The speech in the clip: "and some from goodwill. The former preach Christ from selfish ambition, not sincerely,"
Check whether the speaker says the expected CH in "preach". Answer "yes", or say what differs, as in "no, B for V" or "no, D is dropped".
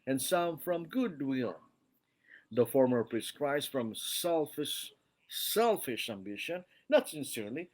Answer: no, S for CH